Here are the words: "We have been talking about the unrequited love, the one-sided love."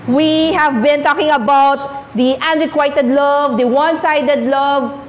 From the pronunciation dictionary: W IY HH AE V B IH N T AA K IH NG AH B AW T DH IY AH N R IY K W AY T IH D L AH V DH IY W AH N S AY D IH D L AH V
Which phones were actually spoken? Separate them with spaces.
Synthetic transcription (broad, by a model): W IY HH AE V B IH N T AA K IH NG AH B AW T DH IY AH N R IY K W AY T IH D L AH V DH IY W AH N S AY D IH D L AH V